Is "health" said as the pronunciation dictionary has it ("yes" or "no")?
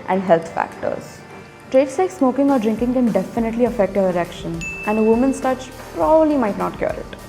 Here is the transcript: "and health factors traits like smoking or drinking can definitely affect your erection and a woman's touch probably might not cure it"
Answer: no